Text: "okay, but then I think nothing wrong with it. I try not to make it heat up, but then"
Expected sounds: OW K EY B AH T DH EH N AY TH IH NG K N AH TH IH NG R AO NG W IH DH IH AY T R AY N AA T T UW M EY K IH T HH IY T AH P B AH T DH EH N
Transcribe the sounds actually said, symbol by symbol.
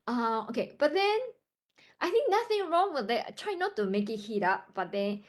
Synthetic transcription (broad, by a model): OW K EY B AH T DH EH N AY TH IH NG K N AH TH IH NG R AO NG W IH DH IH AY T R AY N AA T T UW M EY K IH T HH IY T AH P B AH T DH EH N